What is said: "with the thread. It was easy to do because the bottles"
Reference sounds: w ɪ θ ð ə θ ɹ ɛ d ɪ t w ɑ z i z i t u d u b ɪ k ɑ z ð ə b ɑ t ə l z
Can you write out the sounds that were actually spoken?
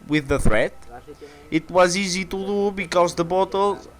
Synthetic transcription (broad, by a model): w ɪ ð ə θ ɹ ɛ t ɪ t w ɑ z i z i t u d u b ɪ k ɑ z ð ə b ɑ t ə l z